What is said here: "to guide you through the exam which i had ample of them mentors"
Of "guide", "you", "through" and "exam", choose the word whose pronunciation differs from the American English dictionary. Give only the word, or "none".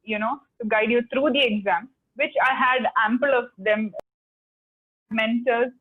through